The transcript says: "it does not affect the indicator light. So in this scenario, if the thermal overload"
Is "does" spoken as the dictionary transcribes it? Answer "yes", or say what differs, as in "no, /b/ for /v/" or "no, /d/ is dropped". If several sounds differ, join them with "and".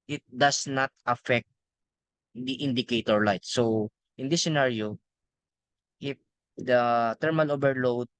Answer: no, /s/ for /z/